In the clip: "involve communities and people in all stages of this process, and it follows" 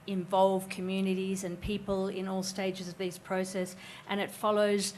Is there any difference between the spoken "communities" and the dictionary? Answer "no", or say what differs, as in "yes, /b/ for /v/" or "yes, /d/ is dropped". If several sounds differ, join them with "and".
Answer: no